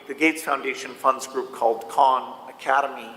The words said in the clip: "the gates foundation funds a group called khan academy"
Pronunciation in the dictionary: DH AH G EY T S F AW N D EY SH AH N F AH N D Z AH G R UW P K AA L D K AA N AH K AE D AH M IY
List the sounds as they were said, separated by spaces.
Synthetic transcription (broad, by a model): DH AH G EY T S F AW N D EY SH AH N F AH N D Z G R UW P K AA L D K AA N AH K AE D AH M IY